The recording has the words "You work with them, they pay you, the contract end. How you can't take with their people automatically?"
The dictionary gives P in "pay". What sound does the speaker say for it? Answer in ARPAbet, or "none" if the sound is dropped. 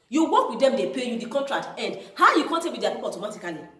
P